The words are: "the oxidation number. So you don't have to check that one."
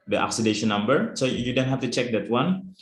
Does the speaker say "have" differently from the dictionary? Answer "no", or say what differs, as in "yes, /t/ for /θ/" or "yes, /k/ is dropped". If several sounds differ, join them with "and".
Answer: yes, /f/ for /v/